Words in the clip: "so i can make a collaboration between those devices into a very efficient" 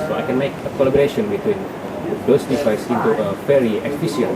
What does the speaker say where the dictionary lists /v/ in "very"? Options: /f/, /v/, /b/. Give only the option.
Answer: /f/